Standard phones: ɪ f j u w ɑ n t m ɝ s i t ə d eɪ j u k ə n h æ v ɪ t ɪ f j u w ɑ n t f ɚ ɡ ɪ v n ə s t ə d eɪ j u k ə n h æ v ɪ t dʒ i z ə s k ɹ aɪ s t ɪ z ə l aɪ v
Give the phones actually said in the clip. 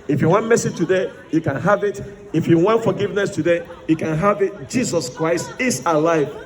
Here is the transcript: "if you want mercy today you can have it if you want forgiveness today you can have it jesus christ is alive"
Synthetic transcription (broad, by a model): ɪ f j u w ɑ n t m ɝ s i t ə d eɪ j u k ə n h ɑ v ɪ t ɪ f j u w ɑ n t f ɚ ɡ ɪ v n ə s t ə d eɪ j u k ə n h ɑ v ɪ t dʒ i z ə s k ɹ aɪ s t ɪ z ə l aɪ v